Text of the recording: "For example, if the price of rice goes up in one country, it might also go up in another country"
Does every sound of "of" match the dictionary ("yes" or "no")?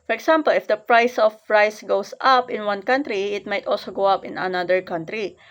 no